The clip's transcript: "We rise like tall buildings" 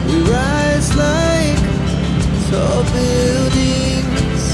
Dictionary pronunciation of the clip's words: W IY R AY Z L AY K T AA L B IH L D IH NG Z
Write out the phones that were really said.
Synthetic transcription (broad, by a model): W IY R AY Z L AY K S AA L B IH L D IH NG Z